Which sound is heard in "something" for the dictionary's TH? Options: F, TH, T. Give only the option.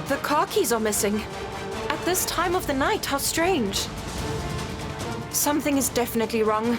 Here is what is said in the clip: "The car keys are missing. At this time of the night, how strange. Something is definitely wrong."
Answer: TH